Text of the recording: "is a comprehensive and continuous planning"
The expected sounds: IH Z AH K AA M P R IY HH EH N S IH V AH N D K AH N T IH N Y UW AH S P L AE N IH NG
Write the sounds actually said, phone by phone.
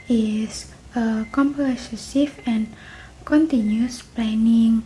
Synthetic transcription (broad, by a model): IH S AH K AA M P IY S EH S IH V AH N K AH N T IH N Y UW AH S P L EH N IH NG